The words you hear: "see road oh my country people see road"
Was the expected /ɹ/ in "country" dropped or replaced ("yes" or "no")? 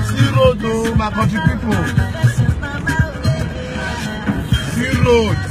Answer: yes